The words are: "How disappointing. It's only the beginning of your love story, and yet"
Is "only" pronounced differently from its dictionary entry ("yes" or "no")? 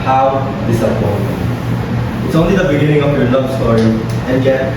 no